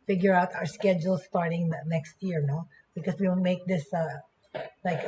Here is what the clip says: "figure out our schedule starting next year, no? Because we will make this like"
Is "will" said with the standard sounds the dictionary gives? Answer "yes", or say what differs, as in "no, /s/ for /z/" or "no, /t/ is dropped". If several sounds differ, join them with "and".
no, /n/ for /l/